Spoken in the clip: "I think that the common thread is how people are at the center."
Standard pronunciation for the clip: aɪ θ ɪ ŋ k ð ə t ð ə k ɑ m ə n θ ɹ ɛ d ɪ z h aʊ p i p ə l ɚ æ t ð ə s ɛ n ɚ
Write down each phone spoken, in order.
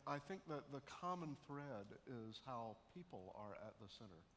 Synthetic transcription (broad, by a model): aɪ θ ɪ ŋ k ð ə t ð ə k ɑ m ə n θ ɹ ɛ d ɪ z h aʊ p i p l ɚ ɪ t ð ə s ɛ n ɚ